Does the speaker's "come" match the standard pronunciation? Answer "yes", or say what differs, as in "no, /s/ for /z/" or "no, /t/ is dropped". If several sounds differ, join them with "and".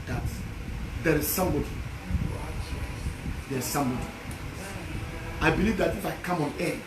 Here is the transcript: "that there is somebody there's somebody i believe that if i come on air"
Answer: yes